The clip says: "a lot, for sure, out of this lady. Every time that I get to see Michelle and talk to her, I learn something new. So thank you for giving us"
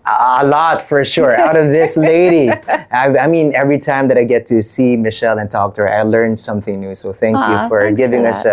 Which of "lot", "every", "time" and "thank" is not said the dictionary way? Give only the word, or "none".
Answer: none